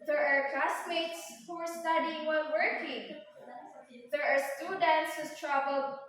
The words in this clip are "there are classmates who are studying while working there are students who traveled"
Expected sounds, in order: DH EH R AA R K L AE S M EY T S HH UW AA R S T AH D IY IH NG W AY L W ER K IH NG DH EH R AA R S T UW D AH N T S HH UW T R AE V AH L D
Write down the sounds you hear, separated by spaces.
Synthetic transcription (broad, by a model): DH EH R AA R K AA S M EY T S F AA R S T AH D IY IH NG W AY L W ER K IH NG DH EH R AA R S T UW D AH N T S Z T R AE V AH L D